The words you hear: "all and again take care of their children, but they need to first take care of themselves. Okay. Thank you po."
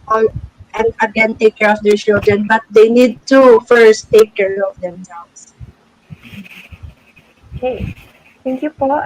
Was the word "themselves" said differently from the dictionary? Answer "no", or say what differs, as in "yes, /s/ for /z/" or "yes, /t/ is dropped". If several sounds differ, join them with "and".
yes, /s/ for /z/